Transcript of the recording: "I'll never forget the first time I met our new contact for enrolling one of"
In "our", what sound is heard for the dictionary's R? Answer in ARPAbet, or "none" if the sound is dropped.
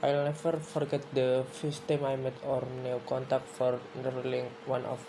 R